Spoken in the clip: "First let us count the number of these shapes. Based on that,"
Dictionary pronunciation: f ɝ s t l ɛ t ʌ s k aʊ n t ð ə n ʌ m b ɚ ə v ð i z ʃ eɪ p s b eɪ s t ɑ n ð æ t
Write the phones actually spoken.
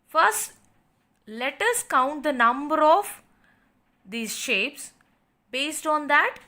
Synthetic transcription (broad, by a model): f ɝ s t l ɛ t ʌ s k aʊ n t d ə n ʌ m b ɚ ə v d i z ʃ eɪ p s b eɪ s t ɑ n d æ t